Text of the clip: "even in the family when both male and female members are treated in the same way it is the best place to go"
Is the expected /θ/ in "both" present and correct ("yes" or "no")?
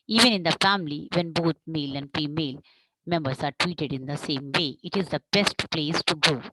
no